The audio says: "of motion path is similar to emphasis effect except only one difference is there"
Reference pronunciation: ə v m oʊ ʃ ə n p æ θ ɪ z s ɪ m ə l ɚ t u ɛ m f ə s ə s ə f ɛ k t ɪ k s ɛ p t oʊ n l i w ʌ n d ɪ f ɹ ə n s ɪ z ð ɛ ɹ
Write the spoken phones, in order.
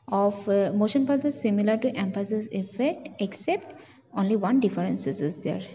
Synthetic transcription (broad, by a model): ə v m oʊ ʃ ə n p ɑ s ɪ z s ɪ m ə l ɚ t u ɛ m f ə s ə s ə f ɛ k t ɪ k s ɛ p t oʊ n l i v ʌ n d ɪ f ɹ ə n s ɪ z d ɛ ɹ